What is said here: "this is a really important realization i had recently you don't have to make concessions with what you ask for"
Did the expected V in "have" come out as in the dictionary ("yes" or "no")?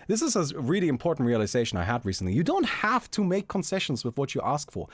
no